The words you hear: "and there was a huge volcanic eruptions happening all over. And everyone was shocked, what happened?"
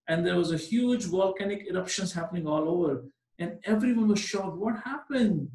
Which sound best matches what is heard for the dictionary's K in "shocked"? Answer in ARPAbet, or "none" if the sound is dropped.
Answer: none